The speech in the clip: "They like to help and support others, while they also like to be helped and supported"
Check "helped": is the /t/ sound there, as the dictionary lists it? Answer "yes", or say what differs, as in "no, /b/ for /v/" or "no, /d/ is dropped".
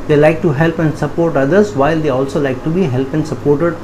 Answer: no, /t/ is dropped